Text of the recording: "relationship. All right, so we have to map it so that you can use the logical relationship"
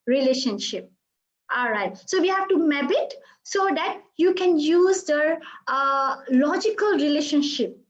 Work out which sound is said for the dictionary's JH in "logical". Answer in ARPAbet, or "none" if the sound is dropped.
JH